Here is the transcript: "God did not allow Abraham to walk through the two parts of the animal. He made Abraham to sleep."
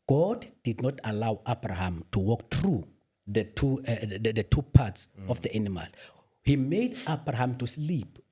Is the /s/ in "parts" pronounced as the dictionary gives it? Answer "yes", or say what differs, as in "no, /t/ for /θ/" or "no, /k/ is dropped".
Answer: yes